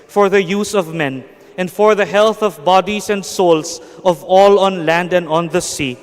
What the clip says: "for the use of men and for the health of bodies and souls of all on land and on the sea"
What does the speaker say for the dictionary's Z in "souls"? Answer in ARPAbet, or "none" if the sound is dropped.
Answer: S